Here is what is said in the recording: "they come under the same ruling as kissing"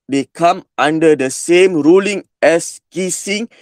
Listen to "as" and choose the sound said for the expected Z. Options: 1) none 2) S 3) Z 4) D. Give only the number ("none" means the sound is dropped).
2